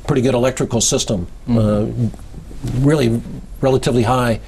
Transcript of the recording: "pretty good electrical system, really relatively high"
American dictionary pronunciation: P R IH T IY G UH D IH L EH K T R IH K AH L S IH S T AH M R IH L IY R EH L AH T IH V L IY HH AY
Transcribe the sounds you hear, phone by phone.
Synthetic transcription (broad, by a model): P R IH T IY G UH D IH L EH K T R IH K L S IH S T AH M R IH L IY R EH L AH T IH V L IY HH AY